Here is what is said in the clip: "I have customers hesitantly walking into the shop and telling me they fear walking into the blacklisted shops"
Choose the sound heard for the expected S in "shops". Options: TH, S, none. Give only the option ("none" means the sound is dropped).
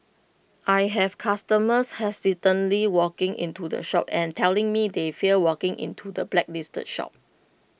none